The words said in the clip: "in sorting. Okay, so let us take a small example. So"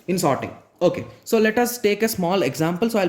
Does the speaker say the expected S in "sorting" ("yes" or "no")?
yes